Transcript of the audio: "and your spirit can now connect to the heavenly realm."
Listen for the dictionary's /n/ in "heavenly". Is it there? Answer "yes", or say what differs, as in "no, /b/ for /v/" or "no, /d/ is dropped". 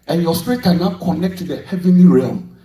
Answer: yes